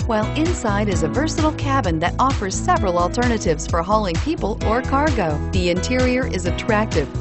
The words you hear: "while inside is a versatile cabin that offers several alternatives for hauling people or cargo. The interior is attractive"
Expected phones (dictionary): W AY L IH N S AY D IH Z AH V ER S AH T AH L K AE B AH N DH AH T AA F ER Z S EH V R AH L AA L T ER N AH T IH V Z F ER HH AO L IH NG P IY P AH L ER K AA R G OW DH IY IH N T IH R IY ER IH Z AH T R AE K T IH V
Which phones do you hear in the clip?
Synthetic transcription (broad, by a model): W AY L IH N S AY D IH Z AH V ER S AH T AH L K AE B AH N DH AH T AA F ER Z S EH V R AH L AA L T ER N AH T IH V Z F ER HH AO L IH NG P IY P AH L ER K AA R G OW DH IY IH N T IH R IY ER IH Z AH T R AE K T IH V